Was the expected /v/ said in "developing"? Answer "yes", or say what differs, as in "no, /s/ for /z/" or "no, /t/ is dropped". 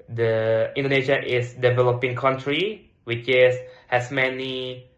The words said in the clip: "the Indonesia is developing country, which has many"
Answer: yes